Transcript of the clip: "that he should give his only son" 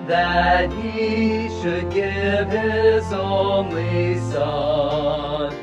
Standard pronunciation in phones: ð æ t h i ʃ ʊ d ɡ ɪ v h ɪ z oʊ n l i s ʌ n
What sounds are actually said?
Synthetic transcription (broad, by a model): ð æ t h i ʃ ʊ d ɡ ɪ v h ɪ z oʊ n w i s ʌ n